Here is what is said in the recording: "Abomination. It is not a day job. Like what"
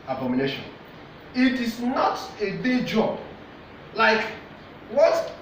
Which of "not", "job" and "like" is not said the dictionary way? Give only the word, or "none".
none